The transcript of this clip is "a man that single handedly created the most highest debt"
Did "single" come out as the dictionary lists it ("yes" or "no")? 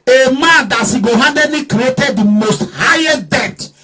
no